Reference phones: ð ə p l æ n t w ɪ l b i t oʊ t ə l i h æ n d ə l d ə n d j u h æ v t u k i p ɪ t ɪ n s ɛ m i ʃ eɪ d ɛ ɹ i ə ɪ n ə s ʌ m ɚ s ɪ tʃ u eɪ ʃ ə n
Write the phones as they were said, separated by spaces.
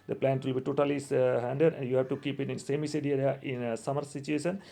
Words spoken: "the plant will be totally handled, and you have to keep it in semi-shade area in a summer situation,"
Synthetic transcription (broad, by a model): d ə p l æ n t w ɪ l b i t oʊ t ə l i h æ n d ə d ə n d j u h æ v t u k i p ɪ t ɪ n s ɛ m i s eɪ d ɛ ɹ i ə ɪ n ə s ʌ m ɚ s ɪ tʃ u eɪ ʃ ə n